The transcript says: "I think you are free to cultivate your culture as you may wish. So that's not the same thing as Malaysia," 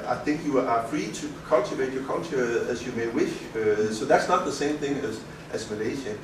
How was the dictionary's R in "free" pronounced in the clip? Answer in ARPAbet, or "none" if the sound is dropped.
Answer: R